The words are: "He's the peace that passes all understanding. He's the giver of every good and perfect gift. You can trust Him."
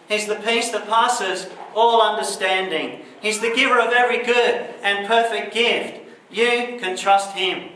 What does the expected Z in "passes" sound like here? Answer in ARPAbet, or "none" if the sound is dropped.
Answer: Z